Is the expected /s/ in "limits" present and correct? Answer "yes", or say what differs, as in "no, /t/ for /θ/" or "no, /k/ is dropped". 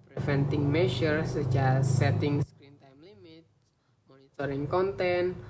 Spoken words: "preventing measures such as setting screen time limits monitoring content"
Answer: no, /s/ is dropped